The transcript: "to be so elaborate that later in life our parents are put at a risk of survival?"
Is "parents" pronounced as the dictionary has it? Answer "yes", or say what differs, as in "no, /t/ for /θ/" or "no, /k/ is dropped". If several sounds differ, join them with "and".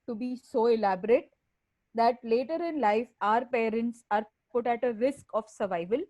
yes